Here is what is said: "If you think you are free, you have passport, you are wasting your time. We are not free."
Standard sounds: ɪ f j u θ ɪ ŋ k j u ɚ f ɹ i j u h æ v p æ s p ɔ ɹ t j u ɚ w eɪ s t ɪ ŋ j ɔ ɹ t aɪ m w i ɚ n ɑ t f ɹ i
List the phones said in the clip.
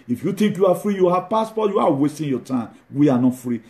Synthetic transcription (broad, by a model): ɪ f j u t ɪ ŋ k j u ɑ f ɹ i j u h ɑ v p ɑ s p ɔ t j u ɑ w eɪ s t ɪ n j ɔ t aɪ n w i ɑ n ɑ t f ɹ i